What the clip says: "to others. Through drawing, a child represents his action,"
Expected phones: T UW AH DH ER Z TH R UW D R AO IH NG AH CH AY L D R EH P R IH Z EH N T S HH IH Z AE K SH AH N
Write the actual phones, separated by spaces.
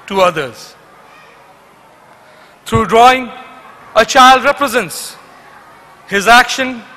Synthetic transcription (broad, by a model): T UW AH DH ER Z T R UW D R AO IH NG AH CH AY L D R EH P R IH Z EH N T S HH IH Z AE K SH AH N